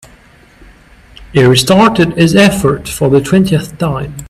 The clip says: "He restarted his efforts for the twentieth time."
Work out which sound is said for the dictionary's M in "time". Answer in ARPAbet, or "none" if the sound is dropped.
M